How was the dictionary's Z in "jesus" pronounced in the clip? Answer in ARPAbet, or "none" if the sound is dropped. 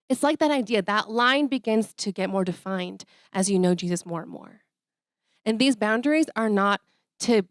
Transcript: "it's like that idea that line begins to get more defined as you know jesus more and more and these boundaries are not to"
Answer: Z